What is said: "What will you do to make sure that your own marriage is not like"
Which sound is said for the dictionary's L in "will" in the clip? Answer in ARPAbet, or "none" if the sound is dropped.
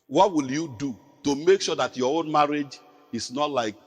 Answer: L